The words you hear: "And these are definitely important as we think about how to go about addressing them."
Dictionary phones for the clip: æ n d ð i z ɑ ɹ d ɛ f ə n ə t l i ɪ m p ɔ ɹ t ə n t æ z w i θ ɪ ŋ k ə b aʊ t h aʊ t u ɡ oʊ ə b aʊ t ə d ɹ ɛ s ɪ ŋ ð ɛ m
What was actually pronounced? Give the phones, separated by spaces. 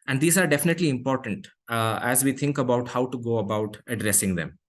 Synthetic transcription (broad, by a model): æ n d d i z ɑ ɹ d ɛ f ə n ə t l i ɪ m p ɔ ɹ t ə n t æ z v i t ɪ ŋ k ə b aʊ t h aʊ t u ɡ oʊ ə b aʊ t ə d ɹ ɛ s ɪ ŋ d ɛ m